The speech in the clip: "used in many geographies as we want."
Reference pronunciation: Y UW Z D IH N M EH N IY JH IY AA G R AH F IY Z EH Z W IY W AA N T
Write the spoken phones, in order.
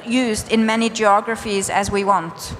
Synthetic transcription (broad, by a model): Y UW Z D IH N M EH N IY JH IY AA G R AH F IY Z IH Z W IY W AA N T